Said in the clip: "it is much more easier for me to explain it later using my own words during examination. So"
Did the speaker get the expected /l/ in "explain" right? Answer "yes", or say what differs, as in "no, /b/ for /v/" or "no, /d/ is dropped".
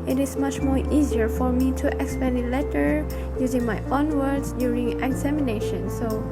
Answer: no, /l/ is dropped